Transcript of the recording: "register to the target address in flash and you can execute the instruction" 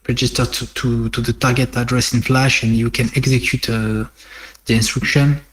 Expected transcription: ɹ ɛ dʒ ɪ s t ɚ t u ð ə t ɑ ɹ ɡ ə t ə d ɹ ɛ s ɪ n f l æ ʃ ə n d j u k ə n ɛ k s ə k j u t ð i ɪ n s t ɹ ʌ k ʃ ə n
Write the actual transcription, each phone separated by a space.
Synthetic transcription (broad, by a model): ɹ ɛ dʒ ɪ s t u t u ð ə t ɑ ɹ ɡ ə t ə d ɹ ɛ s ɪ n f l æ ʃ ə n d j u k ə n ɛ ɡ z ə k j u t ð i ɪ n s t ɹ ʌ k ʃ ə n